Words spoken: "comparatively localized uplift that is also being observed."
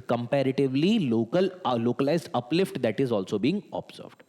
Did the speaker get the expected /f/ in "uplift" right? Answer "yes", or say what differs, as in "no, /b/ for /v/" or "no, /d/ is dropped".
yes